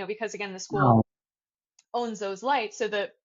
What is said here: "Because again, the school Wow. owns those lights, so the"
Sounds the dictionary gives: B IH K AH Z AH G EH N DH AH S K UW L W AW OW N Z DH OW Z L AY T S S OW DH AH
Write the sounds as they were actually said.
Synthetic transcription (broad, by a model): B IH K AH Z AH G EH N DH AH S K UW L OW N Z DH OW Z L AY T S S OW DH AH